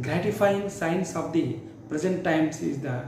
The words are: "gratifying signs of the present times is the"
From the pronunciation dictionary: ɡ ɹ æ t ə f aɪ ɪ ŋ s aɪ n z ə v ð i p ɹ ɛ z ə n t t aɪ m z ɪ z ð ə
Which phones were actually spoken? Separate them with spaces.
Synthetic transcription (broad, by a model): ɡ ɹ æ t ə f aɪ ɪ ŋ s aɪ n s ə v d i p ɹ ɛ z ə n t t aɪ m s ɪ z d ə